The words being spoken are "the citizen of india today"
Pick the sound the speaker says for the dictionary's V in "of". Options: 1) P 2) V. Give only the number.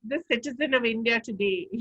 2